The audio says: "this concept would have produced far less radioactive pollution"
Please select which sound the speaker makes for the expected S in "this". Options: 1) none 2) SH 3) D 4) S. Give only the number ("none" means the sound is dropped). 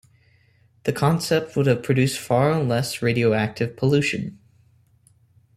1